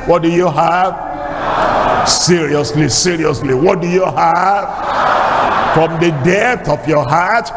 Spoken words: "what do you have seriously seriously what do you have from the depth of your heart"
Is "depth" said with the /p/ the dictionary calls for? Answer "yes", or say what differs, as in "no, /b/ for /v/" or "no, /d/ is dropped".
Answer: no, /p/ is dropped